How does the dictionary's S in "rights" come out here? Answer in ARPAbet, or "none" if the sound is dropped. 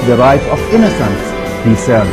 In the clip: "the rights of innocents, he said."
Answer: none